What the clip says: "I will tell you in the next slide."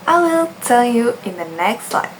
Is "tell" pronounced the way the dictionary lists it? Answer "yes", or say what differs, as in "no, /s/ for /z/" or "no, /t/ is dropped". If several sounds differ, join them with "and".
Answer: no, /n/ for /l/